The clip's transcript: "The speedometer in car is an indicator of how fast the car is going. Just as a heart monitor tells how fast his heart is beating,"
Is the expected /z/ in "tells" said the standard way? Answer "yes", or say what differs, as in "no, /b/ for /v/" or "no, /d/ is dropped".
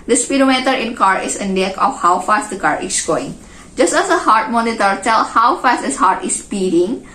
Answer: no, /z/ is dropped